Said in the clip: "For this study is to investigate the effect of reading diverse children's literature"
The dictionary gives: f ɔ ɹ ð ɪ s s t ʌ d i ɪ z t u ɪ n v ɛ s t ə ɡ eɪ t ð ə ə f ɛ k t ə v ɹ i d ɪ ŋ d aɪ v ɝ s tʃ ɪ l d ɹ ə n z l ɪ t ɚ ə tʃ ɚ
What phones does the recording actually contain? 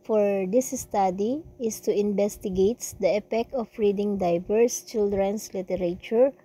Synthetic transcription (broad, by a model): f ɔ ɹ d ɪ s s t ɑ d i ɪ s t u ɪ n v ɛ s t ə ɡ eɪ t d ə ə p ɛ k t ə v ɹ i d ɪ ŋ d aɪ v ɝ s tʃ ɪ l d ɹ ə n s l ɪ t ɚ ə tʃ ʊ